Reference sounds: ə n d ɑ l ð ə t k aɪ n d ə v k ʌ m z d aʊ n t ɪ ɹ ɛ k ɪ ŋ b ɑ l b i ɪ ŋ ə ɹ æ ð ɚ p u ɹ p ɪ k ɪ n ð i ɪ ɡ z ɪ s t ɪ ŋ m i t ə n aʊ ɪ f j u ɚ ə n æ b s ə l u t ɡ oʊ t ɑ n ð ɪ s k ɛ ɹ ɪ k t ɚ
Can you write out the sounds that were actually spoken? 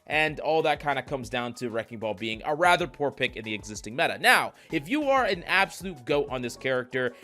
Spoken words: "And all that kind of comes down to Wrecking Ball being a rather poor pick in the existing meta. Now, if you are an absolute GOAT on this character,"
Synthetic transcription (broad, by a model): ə n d ɑ l ð ə t k aɪ n d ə k ʌ m z d aʊ n t ɪ ɹ ɛ k ɪ ŋ b ɑ l b i ɪ ŋ ə ɹ æ ð ɚ p u ɹ p ɪ k ɪ n ð i ɪ ɡ z ɪ s t ɪ ŋ m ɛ t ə n aʊ ɪ f j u ɚ ə n æ b s ə l u t ɡ oʊ t n ð ɪ s k ɛ ɹ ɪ k t ɚ